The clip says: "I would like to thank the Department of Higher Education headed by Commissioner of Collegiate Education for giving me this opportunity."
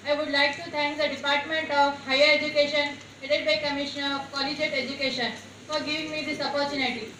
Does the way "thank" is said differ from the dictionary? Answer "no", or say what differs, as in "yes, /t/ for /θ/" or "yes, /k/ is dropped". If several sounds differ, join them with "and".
yes, /t/ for /θ/